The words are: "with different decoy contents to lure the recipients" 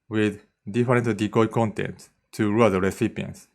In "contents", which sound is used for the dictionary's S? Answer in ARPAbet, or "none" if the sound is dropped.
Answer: none